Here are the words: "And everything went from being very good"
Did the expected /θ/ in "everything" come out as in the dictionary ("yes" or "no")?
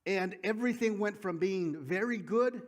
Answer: yes